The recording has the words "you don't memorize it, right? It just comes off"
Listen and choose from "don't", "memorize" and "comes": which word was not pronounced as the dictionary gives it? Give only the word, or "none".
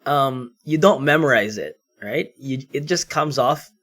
none